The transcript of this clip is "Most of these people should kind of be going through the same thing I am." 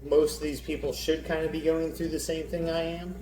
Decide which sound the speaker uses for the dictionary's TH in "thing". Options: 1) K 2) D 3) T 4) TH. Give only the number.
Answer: 4